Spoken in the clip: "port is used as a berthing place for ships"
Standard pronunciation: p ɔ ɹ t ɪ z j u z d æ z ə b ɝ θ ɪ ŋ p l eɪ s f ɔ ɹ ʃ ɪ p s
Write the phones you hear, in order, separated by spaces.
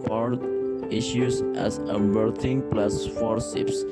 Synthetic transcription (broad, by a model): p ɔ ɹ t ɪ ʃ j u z æ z ə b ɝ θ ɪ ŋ p l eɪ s f ɔ ɹ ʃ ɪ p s